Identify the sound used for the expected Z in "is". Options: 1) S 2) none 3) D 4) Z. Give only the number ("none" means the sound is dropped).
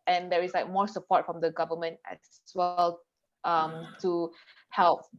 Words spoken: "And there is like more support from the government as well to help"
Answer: 1